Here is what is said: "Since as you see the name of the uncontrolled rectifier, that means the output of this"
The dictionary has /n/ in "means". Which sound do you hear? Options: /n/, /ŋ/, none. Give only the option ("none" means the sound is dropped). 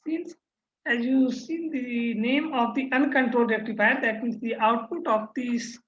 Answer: none